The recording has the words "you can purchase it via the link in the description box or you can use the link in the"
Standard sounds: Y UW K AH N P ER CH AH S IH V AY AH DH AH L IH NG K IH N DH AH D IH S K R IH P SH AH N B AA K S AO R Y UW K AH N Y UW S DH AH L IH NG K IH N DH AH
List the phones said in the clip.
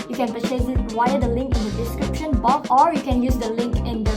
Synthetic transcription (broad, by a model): Y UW K AH N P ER S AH IH W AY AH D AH L IH NG K IH N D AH D IH S K R IH P SH AH N B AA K AO R Y UW K AH N Y UW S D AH L IH NG K IH N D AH